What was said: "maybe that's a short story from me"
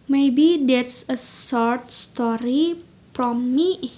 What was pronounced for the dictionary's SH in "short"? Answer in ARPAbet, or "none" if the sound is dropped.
S